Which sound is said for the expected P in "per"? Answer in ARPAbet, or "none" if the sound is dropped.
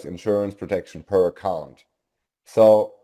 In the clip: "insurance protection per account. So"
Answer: P